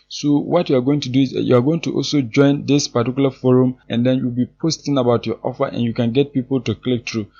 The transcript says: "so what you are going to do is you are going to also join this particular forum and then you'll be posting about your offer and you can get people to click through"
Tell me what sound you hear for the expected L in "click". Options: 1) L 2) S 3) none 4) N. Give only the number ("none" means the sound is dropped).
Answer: 1